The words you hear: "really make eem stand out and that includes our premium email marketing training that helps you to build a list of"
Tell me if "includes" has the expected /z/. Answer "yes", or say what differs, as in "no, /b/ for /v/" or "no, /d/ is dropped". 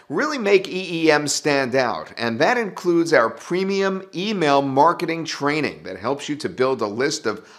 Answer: yes